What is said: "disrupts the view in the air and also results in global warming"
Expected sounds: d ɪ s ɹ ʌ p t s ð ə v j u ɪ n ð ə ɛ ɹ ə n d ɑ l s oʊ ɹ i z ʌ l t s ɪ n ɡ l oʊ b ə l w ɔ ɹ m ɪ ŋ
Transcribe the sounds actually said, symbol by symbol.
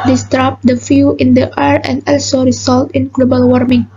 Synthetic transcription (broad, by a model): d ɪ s ɹ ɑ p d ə f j u ɪ n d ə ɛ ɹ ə n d ɑ l s oʊ ɹ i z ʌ l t ɪ n ɡ l oʊ b ə l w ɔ ɹ m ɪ ŋ